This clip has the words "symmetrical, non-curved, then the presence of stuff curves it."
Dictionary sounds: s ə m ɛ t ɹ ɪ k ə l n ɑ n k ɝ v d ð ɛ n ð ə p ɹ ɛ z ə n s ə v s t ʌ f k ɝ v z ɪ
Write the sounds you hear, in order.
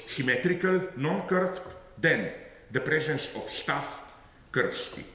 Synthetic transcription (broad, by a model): s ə m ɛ t ɹ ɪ k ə l n ɑ n k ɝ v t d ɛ n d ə p ɹ ɛ z ə n s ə f s t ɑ f k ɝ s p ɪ